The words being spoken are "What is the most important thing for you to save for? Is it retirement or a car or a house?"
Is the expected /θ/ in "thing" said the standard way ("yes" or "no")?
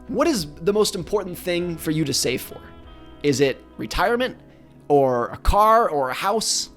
yes